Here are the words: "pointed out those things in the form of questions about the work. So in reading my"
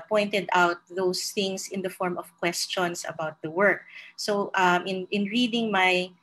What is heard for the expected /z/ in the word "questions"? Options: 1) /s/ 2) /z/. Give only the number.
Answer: 1